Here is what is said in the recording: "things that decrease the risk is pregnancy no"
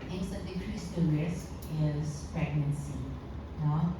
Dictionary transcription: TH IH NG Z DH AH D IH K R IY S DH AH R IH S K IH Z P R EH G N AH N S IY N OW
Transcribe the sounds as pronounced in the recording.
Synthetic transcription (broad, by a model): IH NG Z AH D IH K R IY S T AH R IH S IH Z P R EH G N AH N S IY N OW